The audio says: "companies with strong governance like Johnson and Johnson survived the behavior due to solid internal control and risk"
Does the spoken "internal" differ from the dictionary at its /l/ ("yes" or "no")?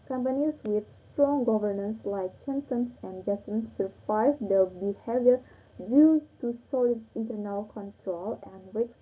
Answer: no